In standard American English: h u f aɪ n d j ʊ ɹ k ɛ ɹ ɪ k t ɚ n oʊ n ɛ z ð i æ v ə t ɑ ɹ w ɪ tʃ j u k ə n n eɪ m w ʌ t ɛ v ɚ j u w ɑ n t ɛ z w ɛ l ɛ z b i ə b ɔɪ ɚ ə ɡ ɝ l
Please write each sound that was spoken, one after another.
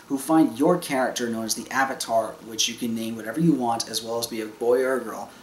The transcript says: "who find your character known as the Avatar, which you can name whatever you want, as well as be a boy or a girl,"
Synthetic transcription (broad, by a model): h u f aɪ n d j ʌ ɹ k ɛ ɹ ɪ k t ɚ n oʊ n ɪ z ð i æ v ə t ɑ ɹ w ɪ tʃ j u k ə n n eɪ m w ʌ t ɛ v ɚ j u w ɑ n t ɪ z w ɛ l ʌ z b i ə b ɔɪ ɚ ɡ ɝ l